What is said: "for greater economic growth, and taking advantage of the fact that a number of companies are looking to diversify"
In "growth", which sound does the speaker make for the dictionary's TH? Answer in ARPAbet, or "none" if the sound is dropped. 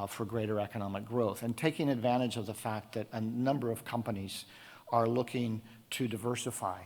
TH